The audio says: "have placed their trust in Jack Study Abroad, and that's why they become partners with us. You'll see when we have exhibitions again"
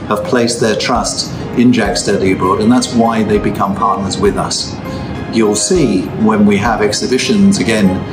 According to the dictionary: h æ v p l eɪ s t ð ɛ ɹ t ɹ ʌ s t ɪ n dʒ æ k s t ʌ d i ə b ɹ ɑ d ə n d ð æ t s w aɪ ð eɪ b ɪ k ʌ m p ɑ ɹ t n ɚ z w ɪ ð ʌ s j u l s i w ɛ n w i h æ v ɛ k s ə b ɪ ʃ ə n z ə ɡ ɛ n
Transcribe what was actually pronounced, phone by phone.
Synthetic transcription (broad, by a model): h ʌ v p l eɪ s ð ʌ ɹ t ɹ ʌ s t ɪ n dʒ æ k s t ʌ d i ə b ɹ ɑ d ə n ð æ t s w aɪ ð eɪ b ɪ k ʌ m p ɑ ɹ t n ɚ z w ɪ ð ʌ s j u l s i w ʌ n w i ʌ v ɛ k s ə b ɪ ʃ ə n z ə ɡ ɛ n